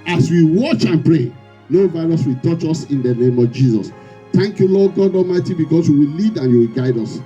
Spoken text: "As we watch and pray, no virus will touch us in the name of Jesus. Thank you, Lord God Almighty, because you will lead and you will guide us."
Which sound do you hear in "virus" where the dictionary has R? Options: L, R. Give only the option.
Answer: L